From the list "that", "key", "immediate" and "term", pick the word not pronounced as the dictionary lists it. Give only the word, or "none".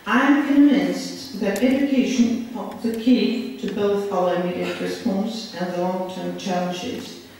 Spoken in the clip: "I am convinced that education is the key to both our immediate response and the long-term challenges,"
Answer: immediate